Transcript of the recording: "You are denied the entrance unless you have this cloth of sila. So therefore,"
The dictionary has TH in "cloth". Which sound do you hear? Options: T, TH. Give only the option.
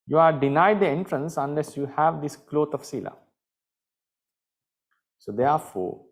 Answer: T